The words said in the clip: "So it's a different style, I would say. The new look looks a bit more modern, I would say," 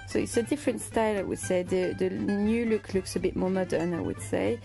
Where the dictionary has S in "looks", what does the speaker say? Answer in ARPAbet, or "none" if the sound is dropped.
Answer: S